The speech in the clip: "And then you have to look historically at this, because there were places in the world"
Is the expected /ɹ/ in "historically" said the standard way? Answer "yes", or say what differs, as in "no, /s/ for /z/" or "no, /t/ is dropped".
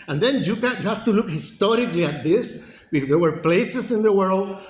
yes